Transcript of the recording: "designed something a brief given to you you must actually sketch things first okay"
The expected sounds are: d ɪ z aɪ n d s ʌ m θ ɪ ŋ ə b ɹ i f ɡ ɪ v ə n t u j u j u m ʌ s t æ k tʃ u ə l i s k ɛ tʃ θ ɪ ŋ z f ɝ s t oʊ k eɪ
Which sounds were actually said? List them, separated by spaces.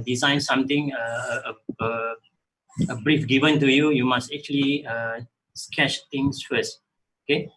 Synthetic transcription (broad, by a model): d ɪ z aɪ n s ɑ m t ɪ ŋ ə b ɹ i f ɡ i v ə n t u j u j u m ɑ s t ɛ k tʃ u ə l i s k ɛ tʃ t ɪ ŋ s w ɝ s oʊ k eɪ